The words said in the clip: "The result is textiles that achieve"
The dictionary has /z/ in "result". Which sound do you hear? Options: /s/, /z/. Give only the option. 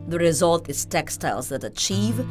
/z/